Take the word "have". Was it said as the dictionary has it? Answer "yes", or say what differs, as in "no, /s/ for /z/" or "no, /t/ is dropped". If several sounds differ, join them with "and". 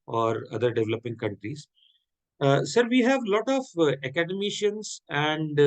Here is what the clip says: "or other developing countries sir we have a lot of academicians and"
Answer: yes